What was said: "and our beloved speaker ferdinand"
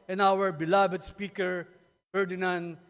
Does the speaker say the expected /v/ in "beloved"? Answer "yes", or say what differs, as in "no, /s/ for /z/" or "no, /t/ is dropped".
no, /b/ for /v/